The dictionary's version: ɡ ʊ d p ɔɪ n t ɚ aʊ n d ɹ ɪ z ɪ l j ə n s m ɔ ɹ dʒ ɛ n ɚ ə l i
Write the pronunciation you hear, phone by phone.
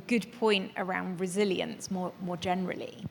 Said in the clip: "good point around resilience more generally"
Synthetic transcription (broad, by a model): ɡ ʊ d p ɔɪ n t ɚ aʊ n d ɹ ɪ z ɪ l j ə n s m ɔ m dʒ ɛ n ɚ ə l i